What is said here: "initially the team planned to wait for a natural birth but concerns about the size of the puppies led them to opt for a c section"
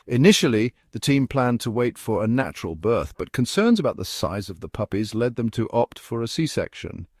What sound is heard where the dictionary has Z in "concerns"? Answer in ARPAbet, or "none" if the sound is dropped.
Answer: Z